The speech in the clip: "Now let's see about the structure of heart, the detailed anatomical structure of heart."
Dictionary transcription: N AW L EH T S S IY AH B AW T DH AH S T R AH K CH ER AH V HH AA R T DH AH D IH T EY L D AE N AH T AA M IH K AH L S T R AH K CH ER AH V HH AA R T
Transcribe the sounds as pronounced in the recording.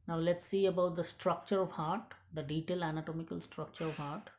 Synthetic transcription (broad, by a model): N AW L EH T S S IY AH B AW T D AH S T R AH K CH ER AH V HH AA R T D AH D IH T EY L AE N AH T AA M IH K AH L S T R AH K CH ER AH V HH AA R T